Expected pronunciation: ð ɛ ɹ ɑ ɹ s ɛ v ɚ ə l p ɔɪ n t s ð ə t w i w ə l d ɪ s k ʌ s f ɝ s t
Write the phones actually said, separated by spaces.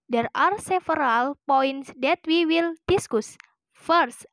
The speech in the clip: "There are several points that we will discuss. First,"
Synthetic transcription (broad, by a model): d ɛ ɹ ɑ ɹ s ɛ f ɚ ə l p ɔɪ n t s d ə t w i w ə l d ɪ s k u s f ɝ s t